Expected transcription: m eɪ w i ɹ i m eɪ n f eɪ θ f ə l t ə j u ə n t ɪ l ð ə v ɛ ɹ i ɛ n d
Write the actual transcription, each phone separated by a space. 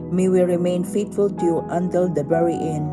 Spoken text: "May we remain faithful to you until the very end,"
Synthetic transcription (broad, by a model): m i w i ɹ i m eɪ n f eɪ t f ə l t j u ə n t ɪ l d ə b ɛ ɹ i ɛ n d